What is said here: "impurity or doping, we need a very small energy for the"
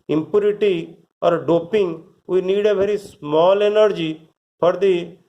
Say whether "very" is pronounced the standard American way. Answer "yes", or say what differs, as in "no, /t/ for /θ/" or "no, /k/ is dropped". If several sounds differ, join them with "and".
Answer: no, /b/ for /v/